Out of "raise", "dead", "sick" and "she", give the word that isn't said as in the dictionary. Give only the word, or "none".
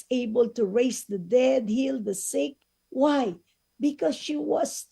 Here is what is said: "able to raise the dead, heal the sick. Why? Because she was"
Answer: raise